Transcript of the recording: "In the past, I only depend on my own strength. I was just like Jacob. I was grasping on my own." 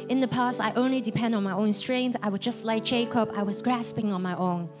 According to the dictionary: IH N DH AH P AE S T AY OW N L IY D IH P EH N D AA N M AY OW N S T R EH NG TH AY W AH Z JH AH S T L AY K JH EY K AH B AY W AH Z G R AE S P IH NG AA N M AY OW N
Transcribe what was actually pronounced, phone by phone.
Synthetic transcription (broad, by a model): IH N DH AH P AE S T AY OW N L IY D IH P EH N D N M AY OW N S T R EH NG TH AY W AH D JH AH S T L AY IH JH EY K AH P AY W AH Z G R AE S P IH NG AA N M AY OW N